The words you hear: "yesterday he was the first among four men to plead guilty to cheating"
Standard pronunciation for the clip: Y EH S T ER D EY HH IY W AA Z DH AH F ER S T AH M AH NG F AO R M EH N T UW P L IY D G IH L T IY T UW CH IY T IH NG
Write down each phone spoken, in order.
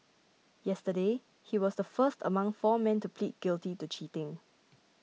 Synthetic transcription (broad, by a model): Y EH S T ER D EY HH IY W AA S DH AH F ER S T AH M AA NG F AO M EH N T UW P L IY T G IH L T IY T UW CH IY T IH NG